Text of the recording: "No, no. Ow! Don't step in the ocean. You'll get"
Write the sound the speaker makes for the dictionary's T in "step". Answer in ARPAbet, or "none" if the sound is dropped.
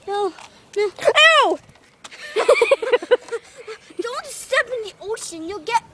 S